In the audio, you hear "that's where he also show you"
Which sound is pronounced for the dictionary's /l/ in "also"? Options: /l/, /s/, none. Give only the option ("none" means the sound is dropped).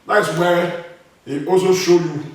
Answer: none